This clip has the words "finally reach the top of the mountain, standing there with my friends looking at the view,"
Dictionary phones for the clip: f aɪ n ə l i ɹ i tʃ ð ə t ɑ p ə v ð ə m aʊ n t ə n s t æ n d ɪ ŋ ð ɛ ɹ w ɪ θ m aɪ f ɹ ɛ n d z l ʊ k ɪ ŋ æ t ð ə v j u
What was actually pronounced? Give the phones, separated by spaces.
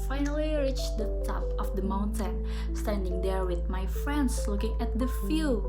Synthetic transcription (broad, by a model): f aɪ n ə l i ɹ i tʃ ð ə t ɑ p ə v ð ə m aʊ n t ə n s t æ n d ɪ ŋ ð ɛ ɹ w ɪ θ m aɪ f ɹ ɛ n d s l ʊ k ɪ ŋ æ t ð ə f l